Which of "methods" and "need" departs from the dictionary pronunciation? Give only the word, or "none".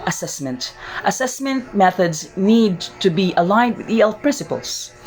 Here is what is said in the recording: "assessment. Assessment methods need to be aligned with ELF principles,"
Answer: none